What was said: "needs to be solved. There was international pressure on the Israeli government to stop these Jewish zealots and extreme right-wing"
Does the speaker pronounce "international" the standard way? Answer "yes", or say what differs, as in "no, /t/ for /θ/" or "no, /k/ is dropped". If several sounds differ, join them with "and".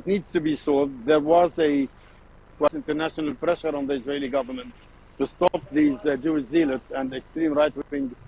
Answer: yes